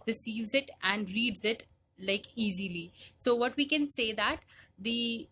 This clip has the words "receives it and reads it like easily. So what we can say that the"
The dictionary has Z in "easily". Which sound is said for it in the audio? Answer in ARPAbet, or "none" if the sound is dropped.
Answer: Z